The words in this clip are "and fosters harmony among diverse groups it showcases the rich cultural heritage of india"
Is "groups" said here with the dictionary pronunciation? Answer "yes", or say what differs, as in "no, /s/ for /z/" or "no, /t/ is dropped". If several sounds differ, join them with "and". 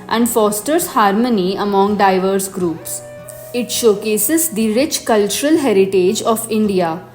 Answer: yes